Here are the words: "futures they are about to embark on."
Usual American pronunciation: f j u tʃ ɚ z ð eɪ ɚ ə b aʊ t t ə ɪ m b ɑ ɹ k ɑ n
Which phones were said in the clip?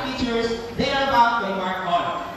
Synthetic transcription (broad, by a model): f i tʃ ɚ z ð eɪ ɚ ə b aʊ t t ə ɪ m ɑ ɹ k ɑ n